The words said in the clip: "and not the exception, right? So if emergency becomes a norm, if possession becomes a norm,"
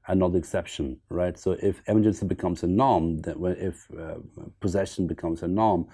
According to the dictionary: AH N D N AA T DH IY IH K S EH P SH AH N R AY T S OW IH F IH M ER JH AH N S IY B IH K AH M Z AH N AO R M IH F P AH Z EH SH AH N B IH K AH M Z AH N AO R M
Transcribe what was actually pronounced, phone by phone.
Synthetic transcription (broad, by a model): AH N N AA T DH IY IH K S EH P SH AH N R AY T S OW IH F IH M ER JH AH N S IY B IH K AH M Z AH N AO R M IH F P AH Z EH SH AH N B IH K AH M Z AH N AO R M